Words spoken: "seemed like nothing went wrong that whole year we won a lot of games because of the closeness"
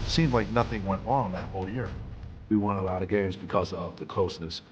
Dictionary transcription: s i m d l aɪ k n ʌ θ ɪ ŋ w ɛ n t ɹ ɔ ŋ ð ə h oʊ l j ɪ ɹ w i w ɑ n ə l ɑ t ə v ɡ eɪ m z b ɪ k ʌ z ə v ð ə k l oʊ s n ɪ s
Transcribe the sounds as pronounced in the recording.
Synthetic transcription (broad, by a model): s i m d l aɪ k n ʌ θ ɪ ŋ w ɛ n t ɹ ɔ ŋ ð ə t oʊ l j ɪ ɹ w i w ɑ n ə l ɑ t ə ɡ eɪ m z b ɪ k ʌ z ə v ð ə k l oʊ s n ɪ s